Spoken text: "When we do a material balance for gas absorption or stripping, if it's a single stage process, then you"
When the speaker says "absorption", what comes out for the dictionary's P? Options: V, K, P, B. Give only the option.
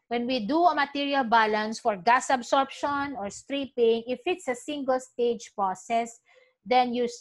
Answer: P